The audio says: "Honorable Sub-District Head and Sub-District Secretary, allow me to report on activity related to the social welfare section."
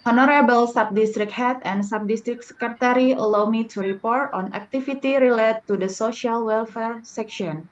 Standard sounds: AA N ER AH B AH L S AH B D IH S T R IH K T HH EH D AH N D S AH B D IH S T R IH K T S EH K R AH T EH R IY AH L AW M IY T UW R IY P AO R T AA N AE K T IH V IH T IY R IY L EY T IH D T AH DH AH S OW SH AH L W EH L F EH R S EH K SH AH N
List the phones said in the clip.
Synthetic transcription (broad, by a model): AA N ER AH B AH L S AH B D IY S T R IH K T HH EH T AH N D S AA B D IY S T R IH K S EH K R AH T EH R IY AH L AW M IY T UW R IY P AO R T AA N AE K T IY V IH T IY R IY L EY T IH D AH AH S OW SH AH L W EH L F EH R S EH K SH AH N